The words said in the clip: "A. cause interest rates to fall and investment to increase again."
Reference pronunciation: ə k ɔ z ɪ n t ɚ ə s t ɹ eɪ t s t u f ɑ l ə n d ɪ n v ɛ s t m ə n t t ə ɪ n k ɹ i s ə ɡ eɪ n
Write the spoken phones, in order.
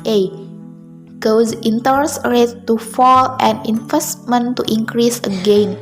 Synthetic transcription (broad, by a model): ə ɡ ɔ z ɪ n t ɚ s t ɹ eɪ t t u f ɑ l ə n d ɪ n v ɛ s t m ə n t t ə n k ɹ i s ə ɡ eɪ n